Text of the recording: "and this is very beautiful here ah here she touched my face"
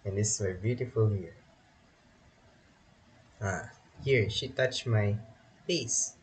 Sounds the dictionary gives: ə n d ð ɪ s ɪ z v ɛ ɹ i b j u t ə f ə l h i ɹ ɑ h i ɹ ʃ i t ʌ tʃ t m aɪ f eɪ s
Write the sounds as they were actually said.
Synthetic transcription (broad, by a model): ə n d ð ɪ s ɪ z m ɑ i b j u t ə f ə l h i ɹ ɑ h i ɹ ʃ i t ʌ tʃ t m aɪ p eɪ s